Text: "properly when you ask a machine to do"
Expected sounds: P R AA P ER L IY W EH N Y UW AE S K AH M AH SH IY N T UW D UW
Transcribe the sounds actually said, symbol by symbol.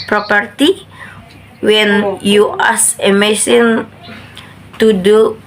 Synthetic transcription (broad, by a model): P R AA P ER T IY W EH N Y UW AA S AH M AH S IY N T UW D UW